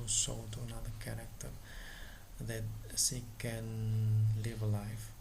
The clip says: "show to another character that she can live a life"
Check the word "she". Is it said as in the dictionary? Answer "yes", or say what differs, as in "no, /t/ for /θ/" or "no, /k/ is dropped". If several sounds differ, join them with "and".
no, /s/ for /ʃ/